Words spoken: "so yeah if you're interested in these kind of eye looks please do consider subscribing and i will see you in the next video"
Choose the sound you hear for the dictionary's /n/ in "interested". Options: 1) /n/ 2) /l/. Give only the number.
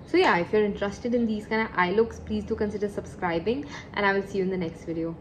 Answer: 1